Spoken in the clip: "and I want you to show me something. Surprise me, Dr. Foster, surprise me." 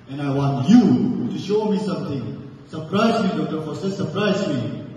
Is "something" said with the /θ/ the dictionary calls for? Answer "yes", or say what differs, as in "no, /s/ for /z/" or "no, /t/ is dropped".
no, /t/ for /θ/